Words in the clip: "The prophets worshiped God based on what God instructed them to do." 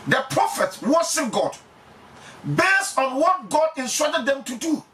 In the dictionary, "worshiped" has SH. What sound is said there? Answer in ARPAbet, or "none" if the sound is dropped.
S